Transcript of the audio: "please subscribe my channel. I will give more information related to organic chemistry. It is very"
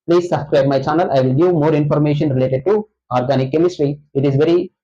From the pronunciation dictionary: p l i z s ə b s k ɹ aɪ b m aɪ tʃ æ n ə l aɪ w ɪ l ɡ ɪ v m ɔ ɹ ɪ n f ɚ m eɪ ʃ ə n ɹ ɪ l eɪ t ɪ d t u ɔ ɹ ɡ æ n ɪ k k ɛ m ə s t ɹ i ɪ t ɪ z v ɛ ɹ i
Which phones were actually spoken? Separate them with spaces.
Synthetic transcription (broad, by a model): p l i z s ə b s k ɹ aɪ b m aɪ tʃ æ n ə l aɪ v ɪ l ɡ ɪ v m ɔ ɹ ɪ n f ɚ m eɪ ʃ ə n ɹ ɪ l eɪ t ɪ d t u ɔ ɹ ɡ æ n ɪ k k ɛ m ə s t ɹ i ɪ t ɪ z v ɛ ɹ i